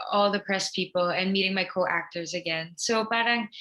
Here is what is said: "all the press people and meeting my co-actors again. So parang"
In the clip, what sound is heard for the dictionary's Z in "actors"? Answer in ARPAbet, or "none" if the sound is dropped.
Z